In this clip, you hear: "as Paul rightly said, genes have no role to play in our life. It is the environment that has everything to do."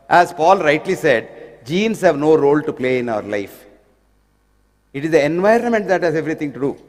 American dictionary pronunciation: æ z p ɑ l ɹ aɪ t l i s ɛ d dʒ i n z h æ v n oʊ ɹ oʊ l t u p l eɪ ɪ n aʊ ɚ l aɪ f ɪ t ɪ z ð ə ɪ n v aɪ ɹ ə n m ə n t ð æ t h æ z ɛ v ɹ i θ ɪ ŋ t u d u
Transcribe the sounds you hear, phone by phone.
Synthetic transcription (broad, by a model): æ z p ɑ l ɹ aɪ t l i s ɛ d dʒ i n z h æ v n oʊ ɹ oʊ l t u p l eɪ ɪ n aʊ ɚ l aɪ f ɪ t ɪ z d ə ɪ n v aɪ ɹ ə n m ə n t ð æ t h æ z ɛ v ɹ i t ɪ ŋ t u d u